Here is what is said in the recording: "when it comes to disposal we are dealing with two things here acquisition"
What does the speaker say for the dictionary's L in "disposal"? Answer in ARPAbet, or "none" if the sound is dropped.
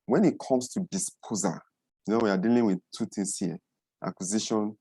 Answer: N